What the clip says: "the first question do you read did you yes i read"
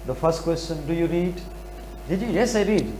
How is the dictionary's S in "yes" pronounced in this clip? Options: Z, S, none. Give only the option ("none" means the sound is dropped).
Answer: S